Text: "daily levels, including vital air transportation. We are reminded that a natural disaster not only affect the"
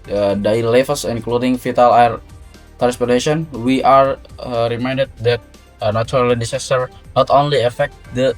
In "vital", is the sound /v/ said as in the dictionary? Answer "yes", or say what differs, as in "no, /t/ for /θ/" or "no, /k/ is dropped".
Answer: no, /f/ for /v/